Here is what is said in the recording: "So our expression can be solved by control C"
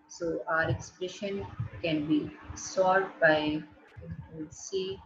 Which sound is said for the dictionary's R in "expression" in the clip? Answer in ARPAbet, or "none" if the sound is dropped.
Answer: R